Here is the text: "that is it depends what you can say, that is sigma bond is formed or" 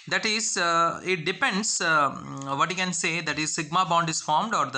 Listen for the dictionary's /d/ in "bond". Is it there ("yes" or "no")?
yes